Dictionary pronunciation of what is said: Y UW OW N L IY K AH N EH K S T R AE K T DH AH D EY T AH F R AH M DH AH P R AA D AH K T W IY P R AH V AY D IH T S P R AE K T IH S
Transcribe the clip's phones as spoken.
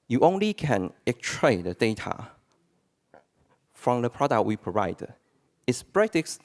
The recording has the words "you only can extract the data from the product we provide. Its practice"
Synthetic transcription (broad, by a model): Y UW OW N L IY K AH N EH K T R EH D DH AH D EY T AH F R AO M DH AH P R AA D AH K T W IY P R AH V AY D IH T S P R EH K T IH S